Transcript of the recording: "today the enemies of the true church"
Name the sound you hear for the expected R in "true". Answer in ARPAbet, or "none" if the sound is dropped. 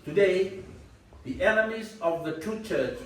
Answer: none